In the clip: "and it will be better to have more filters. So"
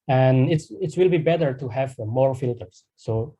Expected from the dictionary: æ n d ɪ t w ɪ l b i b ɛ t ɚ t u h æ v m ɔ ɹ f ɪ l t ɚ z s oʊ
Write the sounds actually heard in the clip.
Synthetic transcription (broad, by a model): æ n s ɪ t w ɪ l b i b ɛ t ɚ t u h æ v m ɔ ɹ f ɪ l t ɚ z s oʊ